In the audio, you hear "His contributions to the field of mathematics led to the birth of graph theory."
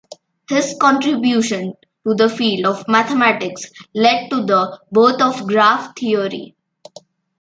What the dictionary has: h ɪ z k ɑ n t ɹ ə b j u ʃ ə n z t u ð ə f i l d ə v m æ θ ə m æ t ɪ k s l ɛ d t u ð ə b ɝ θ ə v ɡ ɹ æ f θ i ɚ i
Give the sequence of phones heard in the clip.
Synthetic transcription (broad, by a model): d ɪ s k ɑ n t ɹ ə b j u ʃ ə n t u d ə f i l d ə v m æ t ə m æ t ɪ k s l ɛ d t u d ə b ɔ t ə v ɡ ɹ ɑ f t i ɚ i